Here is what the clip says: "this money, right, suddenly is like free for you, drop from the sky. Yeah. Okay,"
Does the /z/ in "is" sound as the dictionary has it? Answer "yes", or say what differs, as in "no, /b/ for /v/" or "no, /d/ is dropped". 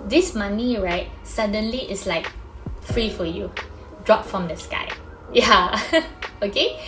no, /s/ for /z/